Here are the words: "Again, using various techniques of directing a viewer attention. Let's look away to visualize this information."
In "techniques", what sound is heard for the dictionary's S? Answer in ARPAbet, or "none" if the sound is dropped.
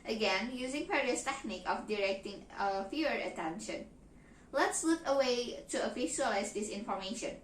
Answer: none